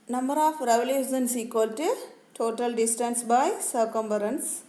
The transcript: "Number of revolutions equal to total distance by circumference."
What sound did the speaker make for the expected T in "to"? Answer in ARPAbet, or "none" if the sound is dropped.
T